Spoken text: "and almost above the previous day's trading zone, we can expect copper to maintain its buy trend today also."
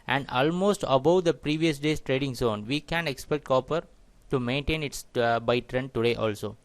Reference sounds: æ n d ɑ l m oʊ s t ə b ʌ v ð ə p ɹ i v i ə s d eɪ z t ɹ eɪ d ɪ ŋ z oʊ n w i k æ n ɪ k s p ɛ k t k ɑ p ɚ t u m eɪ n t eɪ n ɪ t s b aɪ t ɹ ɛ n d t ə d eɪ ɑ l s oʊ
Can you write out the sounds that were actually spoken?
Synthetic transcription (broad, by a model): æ n d ɑ l m oʊ s t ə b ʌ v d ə p ɹ i v i ə s d eɪ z t ɹ eɪ d ɪ ŋ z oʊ n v i k æ n ɪ k s p ɛ k t k ɑ p ɚ t u m eɪ n t eɪ n ɪ t s b aɪ t ɹ ɛ n d t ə d eɪ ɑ l s oʊ